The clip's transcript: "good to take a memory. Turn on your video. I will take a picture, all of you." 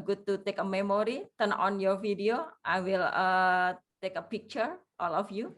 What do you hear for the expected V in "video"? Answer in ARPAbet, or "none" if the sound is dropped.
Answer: F